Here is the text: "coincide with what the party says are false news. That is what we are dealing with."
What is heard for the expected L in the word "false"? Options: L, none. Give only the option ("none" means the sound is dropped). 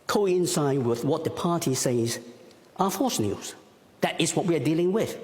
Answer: none